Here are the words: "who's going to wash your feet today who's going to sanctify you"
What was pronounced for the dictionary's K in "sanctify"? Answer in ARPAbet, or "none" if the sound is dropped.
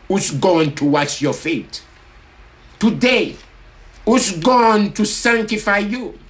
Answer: K